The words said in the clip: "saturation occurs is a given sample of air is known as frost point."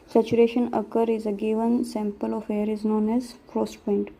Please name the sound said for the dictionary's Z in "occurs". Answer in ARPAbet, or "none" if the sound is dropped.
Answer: none